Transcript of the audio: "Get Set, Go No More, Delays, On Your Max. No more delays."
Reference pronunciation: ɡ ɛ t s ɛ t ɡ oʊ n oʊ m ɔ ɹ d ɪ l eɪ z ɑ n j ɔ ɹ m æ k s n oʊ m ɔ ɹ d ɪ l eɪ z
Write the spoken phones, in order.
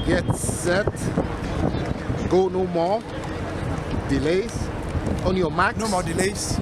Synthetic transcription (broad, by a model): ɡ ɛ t s ɛ t ɡ oʊ n oʊ m ɔ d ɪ l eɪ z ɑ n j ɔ m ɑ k n oʊ m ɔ d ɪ l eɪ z